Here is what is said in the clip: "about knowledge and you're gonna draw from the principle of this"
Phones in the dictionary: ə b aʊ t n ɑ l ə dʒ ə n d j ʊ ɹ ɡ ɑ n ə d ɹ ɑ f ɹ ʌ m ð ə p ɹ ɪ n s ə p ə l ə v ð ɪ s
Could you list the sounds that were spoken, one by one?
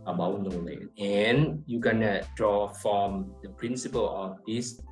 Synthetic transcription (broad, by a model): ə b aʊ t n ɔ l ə ə n j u ɡ ɑ n ə d ɹ ɑ f ɹ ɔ m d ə p ɹ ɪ n s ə p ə l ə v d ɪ s